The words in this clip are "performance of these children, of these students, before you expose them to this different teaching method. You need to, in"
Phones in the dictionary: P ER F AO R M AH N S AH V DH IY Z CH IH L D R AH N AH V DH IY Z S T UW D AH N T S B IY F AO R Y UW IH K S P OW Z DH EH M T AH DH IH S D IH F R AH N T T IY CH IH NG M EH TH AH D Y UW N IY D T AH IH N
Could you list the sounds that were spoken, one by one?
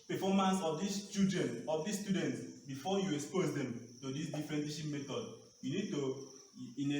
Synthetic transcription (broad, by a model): P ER F AO M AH N S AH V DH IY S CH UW D AH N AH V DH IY S T UW D AH N T S B IY F AO Y UW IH K S P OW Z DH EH M T AH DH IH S D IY F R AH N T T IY SH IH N M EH T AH D Y UW N IY D T AH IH N